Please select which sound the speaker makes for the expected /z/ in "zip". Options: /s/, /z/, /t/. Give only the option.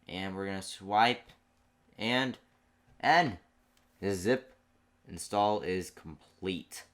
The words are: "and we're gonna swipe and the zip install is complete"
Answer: /z/